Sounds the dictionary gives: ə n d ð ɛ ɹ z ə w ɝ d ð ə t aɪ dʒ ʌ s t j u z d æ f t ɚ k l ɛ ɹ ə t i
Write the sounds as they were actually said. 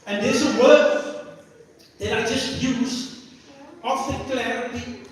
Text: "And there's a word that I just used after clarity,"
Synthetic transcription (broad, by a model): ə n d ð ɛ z ə w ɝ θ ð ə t aɪ dʒ ʌ s t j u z ɔ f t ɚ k l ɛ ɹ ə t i